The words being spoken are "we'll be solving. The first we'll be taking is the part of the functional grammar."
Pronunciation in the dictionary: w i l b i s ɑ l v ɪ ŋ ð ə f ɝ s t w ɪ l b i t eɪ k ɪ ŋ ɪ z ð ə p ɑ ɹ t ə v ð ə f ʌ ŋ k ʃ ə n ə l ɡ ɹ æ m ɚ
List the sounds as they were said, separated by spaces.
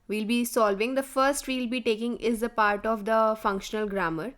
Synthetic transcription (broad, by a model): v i l b i s ɑ l v ɪ ŋ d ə f ɝ s t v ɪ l b i t eɪ k ɪ ŋ ɪ z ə p ɑ ɹ t ə v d ə f ʌ ŋ k ʃ ə n ə l ɡ ɹ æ m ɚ